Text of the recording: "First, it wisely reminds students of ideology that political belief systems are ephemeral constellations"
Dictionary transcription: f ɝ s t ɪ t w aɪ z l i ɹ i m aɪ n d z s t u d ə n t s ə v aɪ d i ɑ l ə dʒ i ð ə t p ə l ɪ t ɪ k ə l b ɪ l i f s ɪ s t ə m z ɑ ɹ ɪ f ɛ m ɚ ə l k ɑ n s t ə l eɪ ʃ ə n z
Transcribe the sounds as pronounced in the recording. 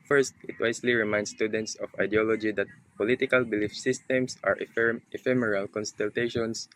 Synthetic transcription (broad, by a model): f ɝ s t ɪ t w aɪ s l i ɹ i m aɪ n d s t u d ə n t s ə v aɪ d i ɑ l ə dʒ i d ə t p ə l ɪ t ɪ k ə l b ɪ l i f s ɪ s t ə m s ɑ ɹ ɪ f ɛ m ɚ ə l k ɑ n s t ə l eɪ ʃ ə n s